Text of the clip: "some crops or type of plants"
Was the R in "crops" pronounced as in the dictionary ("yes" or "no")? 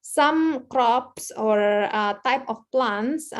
yes